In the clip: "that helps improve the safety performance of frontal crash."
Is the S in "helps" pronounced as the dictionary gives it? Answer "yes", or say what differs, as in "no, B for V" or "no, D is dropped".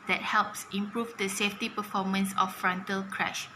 yes